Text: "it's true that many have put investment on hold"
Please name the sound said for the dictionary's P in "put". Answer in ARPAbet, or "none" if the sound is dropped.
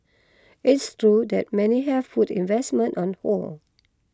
F